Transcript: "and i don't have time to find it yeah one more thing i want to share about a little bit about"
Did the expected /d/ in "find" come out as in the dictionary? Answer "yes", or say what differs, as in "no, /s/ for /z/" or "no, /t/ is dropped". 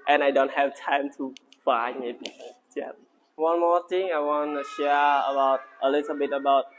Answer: no, /d/ is dropped